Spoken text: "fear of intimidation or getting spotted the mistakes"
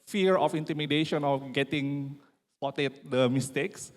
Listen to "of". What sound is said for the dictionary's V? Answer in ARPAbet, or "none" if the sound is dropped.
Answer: F